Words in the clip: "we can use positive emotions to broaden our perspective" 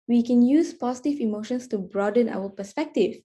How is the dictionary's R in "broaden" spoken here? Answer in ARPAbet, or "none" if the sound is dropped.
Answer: R